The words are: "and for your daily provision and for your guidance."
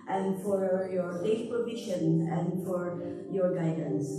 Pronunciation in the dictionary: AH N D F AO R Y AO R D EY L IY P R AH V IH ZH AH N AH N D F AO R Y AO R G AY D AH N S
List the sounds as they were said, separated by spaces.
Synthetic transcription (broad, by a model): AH N D F AO R Y AO R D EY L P R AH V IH SH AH N AH N D F AO R Y AO R G AY D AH N S